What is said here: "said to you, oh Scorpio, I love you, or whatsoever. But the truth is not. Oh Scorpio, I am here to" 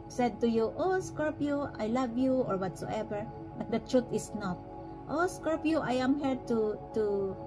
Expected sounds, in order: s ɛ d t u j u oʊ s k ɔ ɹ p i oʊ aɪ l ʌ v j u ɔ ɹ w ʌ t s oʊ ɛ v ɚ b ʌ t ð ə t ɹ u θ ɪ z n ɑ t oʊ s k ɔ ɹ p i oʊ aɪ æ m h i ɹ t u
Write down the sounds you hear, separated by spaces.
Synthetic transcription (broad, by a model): s ɛ d t u j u oʊ s k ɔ ɹ p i aɪ l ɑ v j u ɔ ɹ w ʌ t s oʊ ɛ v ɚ b ʌ t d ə t ɹ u t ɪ s n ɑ t oʊ s k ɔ ɹ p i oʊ aɪ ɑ m h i ɹ t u